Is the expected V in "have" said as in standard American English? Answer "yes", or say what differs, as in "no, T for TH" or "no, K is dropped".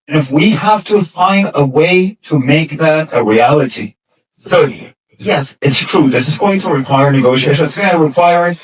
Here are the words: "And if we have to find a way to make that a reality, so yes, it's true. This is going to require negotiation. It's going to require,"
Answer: no, F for V